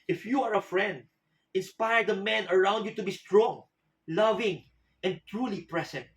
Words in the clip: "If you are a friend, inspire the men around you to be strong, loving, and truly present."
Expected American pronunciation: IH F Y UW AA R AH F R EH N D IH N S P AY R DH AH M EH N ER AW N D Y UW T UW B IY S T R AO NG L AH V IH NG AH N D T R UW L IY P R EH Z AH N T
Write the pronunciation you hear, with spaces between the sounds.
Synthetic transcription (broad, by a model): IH F Y UW AA R AH F R EH N D IH N S P AY R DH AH M EH N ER AW N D Y UW T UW B IY S T R AO NG L AH V IH NG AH N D T R UW L IY P R EH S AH N T